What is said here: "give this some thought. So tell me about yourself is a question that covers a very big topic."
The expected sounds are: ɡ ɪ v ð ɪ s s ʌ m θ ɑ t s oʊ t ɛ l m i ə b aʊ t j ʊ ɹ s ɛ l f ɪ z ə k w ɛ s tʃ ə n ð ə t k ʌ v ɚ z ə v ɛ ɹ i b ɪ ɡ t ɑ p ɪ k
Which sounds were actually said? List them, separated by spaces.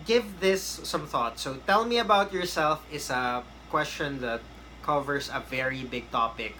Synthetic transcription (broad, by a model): ɡ ɪ v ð ɪ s s ʌ m θ ɑ t s oʊ t ɛ l m i ə b aʊ t j ʊ ɹ s ɛ l f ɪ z ə k w ɛ s tʃ ə n ð ə t k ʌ v ɚ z ə v ɛ ɹ i b ɪ ɡ t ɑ p ɪ k